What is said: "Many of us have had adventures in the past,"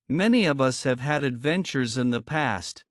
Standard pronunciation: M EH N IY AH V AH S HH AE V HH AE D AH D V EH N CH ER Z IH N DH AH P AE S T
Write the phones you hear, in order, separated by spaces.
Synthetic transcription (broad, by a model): M EH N IY AH V AH S HH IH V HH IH D AH D V EH N CH ER Z IH N DH AH P AE S T